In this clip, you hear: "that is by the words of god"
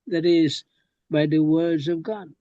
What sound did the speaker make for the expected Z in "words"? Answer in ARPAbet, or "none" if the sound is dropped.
Z